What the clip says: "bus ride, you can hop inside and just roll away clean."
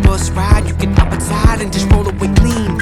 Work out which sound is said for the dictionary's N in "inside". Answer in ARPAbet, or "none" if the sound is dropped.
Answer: none